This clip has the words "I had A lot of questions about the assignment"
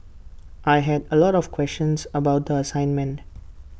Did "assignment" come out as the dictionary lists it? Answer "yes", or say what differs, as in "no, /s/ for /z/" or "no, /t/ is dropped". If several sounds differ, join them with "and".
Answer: yes